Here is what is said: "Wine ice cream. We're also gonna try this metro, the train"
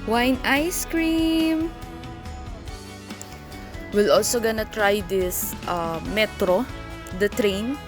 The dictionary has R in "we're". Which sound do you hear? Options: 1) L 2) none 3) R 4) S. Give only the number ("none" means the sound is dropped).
1